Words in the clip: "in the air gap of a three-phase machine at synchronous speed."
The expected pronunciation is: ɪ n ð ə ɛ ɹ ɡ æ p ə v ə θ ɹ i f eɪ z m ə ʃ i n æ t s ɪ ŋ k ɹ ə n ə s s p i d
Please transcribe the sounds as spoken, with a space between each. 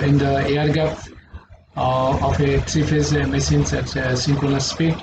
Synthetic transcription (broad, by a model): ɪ n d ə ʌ ɹ ɡ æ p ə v ə t ɹ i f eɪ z m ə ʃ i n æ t s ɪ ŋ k ə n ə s s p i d